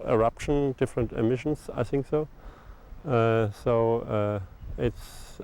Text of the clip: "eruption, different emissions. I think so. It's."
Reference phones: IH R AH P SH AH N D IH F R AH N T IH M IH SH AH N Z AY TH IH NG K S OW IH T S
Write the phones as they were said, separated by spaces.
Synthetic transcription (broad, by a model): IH R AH P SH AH N D IH F R AH N T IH M IH SH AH N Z AY TH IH NG K S OW IH T S